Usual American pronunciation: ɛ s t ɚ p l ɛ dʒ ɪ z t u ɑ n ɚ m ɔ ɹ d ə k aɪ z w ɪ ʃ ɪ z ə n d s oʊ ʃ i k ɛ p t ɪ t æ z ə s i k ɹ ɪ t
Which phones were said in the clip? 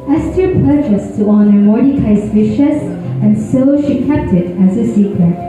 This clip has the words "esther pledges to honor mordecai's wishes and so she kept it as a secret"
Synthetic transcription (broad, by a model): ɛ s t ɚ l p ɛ tʃ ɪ s t u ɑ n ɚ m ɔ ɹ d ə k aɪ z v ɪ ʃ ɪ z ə n s oʊ ʃ i k ɛ p t ɪ t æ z ə s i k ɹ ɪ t